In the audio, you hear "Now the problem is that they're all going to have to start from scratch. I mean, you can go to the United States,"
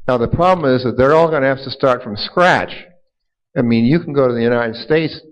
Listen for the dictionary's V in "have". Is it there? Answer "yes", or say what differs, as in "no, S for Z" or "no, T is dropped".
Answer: no, F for V